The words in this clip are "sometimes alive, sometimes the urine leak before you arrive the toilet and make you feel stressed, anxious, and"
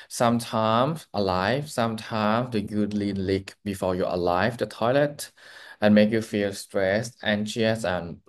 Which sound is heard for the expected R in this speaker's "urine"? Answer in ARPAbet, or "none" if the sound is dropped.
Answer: L